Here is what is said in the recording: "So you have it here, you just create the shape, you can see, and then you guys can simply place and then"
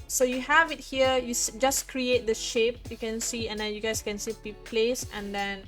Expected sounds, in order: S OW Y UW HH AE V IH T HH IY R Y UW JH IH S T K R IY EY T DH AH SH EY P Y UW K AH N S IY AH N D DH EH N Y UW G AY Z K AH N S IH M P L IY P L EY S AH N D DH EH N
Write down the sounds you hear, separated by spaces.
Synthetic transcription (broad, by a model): S OW Y UW HH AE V IH T HH IY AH Y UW JH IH S K R IY EY T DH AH SH EY P Y UW K AH N S IY AH N D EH N Y UW G AY S K AH N S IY P IY P L EY S AH N D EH N